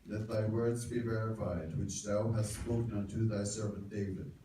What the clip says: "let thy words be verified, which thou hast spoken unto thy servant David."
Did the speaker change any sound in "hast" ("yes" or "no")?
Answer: no